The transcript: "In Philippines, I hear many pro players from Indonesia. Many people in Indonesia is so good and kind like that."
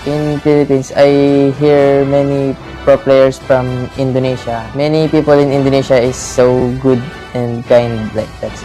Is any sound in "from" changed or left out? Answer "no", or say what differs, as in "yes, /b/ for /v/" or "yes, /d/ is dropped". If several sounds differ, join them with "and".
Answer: no